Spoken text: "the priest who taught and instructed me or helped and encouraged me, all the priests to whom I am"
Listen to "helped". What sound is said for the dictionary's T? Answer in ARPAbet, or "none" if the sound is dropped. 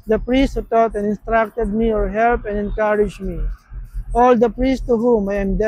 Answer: none